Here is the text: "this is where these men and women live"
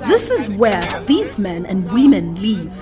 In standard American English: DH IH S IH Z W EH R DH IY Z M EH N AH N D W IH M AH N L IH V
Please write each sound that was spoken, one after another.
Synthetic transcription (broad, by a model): DH IH S IH Z W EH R DH IY Z M EH N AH N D W IH M AH N L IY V